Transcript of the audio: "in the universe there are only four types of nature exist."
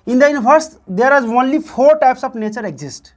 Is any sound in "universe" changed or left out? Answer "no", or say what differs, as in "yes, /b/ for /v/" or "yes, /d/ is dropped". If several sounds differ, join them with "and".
yes, /p/ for /v/